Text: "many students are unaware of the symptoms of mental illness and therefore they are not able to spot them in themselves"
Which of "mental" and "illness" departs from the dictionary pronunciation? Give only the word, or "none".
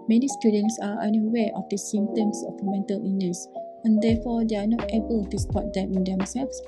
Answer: illness